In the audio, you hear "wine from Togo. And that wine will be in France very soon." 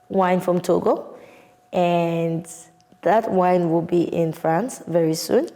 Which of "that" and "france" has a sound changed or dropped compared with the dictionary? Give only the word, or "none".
none